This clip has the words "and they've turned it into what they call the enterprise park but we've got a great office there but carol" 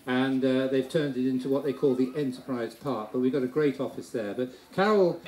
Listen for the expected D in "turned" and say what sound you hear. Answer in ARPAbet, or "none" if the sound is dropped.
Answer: D